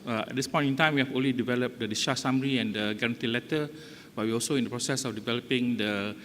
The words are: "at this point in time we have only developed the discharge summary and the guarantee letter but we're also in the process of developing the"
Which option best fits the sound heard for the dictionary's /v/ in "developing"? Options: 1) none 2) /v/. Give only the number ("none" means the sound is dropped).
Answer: 2